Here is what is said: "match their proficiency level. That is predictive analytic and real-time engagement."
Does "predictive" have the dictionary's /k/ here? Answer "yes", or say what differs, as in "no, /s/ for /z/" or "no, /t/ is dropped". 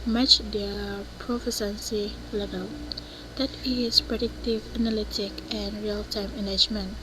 yes